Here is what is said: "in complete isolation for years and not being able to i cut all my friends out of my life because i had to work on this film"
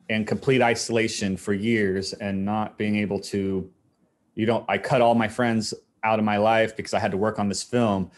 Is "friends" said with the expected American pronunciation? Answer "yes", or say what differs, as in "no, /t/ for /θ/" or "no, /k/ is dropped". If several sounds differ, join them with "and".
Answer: yes